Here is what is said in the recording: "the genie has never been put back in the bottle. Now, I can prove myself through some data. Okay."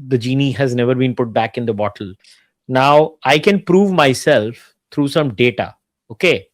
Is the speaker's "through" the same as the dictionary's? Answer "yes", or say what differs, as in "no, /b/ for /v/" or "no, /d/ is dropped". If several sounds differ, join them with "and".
no, /t/ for /θ/